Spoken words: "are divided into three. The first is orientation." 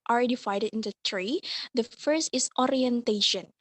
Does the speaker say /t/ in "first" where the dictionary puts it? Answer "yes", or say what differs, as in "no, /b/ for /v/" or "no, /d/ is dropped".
yes